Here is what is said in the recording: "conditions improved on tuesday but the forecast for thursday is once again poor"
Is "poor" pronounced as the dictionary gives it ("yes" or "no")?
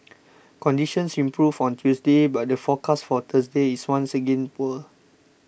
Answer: no